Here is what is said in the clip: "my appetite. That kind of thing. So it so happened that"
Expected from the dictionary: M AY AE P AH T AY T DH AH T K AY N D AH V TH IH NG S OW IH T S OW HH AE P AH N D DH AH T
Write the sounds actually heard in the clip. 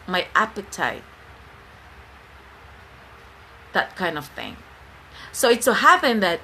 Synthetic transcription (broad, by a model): M AY AE P AH T AY T DH AH T K AY N D AH V TH IH NG S OW IH T S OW HH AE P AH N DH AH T